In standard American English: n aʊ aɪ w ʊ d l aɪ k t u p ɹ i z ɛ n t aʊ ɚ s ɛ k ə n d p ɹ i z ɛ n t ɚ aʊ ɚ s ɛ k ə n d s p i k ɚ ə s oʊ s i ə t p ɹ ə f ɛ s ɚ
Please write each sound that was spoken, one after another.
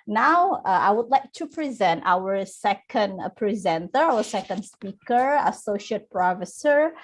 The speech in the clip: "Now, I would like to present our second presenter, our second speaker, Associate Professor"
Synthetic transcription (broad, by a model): n aʊ aɪ w ʊ d l aɪ k t u p ɹ i z ɛ n t aʊ ɚ s ɛ k ə n d p ɹ i z ɛ n t ɚ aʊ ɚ s ɛ k ə n d s p i k ɚ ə s oʊ ʃ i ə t p ɹ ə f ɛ s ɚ